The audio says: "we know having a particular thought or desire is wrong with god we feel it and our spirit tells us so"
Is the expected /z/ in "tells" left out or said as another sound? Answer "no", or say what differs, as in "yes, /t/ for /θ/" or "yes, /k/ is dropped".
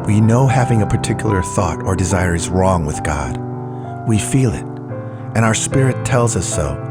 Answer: no